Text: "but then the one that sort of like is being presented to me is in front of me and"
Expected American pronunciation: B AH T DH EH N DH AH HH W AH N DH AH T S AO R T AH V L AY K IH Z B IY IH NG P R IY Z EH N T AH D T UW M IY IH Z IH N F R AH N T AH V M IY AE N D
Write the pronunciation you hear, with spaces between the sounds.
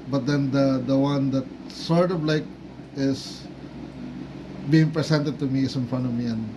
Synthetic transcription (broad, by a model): B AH T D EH N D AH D W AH N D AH T S AO R T AH V L AY K IH S B IY IH NG P R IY S EH N T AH D T UW M IY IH S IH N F AH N AH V M IY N